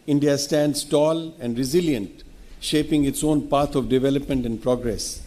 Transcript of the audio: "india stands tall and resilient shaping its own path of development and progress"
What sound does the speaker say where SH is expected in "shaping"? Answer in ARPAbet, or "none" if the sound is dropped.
SH